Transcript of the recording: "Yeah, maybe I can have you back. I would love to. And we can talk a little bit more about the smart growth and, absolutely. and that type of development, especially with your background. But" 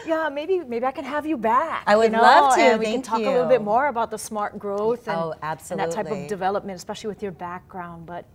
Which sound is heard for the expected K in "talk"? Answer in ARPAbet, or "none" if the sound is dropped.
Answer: none